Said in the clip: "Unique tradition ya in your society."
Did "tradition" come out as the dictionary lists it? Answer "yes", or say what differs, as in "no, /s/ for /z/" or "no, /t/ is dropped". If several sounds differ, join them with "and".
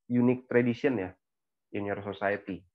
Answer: no, /s/ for /ʃ/